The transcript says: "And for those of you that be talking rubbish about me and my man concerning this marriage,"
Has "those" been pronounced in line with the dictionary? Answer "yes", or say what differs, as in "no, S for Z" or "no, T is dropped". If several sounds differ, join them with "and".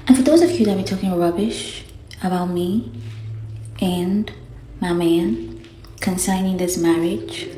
yes